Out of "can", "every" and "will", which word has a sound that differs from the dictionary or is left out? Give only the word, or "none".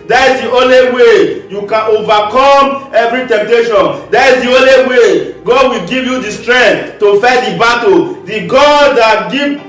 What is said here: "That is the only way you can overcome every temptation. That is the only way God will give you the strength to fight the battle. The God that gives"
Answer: none